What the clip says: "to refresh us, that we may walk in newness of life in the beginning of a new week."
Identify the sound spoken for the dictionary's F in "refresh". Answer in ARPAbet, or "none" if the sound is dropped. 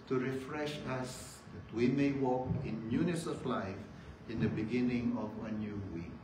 F